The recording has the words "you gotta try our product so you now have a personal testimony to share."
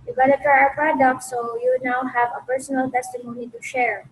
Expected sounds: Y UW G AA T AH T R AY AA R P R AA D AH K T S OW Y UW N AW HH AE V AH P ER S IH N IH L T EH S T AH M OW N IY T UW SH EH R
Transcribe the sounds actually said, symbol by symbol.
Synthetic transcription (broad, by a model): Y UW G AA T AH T AY AA R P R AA D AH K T S OW Y UW N AW HH AE V AH P ER S IH N IH L T EH S T AH M OW N IY T UW SH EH R